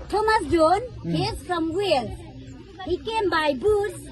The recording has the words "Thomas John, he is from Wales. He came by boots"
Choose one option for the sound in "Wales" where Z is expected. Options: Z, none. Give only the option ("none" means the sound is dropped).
none